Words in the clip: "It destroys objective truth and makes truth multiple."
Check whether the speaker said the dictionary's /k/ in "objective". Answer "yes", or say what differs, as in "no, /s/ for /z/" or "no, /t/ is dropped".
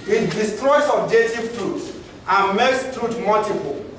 no, /k/ is dropped